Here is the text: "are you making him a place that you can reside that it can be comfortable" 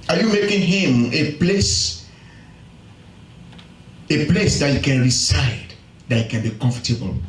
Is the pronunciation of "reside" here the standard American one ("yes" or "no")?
no